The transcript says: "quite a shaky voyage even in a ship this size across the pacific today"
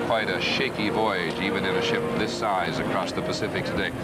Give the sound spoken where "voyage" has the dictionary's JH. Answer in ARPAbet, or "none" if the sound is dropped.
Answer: JH